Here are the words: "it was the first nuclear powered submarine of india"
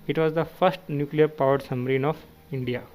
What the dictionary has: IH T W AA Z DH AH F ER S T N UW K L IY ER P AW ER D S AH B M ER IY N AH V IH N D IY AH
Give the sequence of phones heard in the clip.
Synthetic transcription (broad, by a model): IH T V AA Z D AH F ER S T N UW K L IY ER P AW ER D S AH M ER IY N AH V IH N D IY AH